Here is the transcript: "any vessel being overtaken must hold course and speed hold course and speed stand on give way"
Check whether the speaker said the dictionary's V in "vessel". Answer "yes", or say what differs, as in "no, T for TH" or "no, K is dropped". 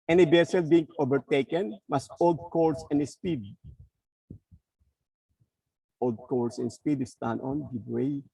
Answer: no, B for V